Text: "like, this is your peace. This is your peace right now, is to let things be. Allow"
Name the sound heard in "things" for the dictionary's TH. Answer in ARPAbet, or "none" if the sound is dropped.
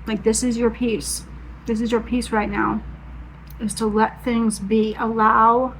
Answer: TH